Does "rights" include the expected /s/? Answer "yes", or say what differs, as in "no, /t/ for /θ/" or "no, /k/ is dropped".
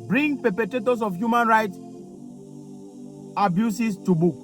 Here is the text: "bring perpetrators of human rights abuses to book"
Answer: no, /s/ is dropped